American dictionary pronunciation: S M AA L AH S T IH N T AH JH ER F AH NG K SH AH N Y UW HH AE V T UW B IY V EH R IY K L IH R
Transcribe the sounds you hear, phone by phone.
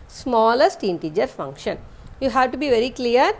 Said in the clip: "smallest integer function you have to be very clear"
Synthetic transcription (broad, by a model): S M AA L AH S T IH N T AH JH ER F AH NG K SH AH N Y UW HH AE V T UW B IY V EH R IY K L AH R